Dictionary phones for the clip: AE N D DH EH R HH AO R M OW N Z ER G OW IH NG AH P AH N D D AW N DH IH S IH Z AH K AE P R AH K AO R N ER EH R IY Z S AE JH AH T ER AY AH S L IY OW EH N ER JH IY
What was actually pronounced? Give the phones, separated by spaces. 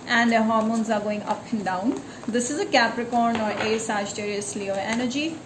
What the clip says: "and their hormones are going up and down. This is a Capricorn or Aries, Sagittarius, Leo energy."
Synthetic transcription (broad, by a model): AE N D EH HH AO R M OW N Z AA G OW IH NG AH P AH N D D AW N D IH S IH Z AH K AE P R AH K AO R N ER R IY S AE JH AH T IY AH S L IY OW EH N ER JH IY